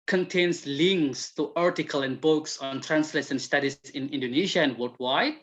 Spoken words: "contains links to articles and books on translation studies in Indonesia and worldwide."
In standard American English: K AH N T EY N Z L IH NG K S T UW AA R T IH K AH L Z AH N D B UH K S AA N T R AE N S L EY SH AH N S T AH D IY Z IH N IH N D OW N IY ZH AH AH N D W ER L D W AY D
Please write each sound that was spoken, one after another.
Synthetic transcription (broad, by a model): K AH N T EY N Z L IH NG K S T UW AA R T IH K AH L AH N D B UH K S AA N T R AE N S L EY S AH N S T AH D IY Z IH N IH N D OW N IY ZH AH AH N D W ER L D W AY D